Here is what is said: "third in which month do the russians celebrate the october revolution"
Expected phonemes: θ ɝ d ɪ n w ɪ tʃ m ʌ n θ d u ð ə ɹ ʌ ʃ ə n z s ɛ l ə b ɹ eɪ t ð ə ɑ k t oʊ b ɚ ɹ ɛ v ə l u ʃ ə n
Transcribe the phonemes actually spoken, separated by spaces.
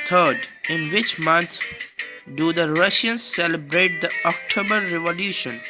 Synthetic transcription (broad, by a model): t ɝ d ɪ n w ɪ tʃ m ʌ n t d u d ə ɹ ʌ ʃ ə n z s ɛ l ə b ɹ eɪ t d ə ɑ k t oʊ b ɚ ɹ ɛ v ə l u ʃ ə n